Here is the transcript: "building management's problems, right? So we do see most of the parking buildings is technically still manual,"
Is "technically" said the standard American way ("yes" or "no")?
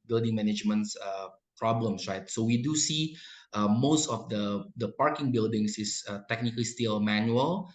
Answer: yes